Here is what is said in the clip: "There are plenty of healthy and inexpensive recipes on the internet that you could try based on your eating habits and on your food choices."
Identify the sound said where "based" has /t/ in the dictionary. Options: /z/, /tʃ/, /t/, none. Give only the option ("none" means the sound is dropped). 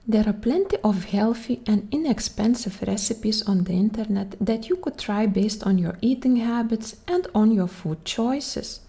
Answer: /t/